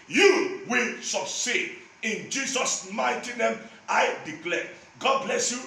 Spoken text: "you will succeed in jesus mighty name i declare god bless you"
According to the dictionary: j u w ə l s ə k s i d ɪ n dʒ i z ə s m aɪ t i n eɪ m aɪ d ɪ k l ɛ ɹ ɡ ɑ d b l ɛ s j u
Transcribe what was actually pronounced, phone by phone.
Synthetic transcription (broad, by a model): j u w ə l s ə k s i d ɪ n dʒ i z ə s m aɪ t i n eɪ m aɪ d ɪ k l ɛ ɡ ɑ d b l ɛ s j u